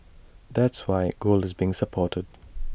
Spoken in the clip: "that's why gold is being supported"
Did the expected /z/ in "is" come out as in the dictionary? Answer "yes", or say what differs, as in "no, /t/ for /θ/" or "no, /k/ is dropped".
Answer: yes